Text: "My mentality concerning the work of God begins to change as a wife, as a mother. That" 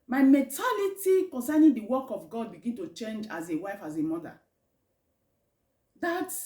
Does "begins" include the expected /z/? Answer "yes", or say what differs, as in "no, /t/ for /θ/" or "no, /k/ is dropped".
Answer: no, /z/ is dropped